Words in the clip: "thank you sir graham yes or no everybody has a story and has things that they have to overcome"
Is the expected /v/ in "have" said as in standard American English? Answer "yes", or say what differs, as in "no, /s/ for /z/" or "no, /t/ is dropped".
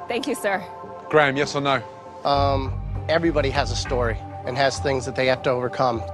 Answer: no, /f/ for /v/